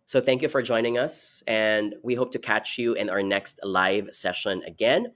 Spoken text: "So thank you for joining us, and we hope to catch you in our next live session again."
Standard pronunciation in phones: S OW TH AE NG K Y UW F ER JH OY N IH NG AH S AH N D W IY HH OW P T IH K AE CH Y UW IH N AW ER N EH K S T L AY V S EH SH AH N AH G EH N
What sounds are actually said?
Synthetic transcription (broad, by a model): S OW TH AE NG K Y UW F ER JH OY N IH NG AH S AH N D W IY HH OW P T IH K AE CH Y UW IH N AW ER N EH K S T L AY V S EH SH AH N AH G EH N